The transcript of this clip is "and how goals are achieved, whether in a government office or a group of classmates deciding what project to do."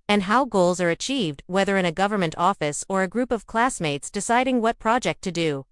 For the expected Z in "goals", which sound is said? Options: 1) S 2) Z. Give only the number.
2